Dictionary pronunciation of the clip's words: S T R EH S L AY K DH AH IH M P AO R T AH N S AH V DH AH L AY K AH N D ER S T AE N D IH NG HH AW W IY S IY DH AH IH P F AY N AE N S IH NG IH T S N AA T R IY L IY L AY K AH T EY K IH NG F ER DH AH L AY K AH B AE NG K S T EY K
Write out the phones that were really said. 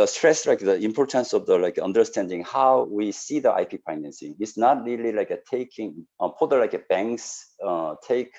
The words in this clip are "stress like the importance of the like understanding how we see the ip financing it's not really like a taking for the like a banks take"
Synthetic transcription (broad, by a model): S T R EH S L AY K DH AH IH M P AO R T AH N S AH V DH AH L AY K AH N D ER S T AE N D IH NG HH AW W IY S IY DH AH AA P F AY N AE N S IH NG IH T S N AA T R IY L IY L AY K AH T EY K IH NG P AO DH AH L AY K AH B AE NG K S T EY K